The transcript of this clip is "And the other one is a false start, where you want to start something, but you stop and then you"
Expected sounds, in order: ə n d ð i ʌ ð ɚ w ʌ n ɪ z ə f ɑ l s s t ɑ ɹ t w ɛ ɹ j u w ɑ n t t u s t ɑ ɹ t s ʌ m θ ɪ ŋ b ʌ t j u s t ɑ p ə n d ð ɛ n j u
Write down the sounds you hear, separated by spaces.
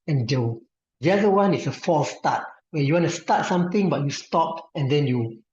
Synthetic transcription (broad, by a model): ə n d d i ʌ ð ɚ w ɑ n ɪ s ə f ɑ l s s t ɑ t w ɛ j u w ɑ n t t u s t ɑ t s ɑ m t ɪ ŋ b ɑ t j u s t ɑ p ə n d ɛ n j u